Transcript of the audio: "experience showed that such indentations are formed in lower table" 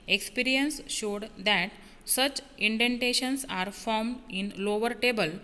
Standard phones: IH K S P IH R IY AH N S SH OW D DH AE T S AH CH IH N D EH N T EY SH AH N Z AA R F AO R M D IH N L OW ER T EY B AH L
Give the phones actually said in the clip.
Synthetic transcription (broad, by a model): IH K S P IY R IY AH N S SH OW D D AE T S AH CH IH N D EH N T EY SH AH N S AA R F AO R M D IH N L OW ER T EY B AH L